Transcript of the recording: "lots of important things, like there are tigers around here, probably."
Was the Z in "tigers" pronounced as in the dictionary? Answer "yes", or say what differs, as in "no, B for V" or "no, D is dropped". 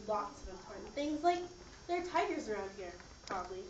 yes